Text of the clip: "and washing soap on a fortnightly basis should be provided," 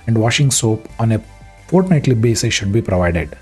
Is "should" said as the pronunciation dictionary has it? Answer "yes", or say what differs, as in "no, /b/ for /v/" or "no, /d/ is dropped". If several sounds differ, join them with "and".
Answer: yes